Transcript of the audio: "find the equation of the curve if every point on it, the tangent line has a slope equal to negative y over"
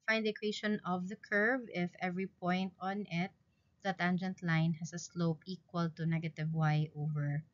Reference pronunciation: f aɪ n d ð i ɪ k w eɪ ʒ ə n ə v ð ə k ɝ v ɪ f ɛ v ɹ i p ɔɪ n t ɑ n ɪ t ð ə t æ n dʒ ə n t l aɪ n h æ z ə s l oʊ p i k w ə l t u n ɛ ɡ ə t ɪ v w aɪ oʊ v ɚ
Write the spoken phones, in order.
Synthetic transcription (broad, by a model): f aɪ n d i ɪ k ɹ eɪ ʃ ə n ə v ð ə k ɝ v ɪ f ɛ v ɹ i p ɔɪ n t ɑ n ɪ t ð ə t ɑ n dʒ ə n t l aɪ n h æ s ə s l oʊ p i k w ə l t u n ɛ ɡ ə t ɪ v w aɪ oʊ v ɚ